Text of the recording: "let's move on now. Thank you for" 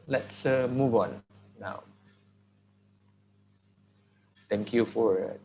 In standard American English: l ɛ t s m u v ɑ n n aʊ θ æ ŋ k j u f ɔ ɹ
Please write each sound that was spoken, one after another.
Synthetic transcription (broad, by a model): l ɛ t s m u v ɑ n n aʊ t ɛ ŋ k j u f ɔ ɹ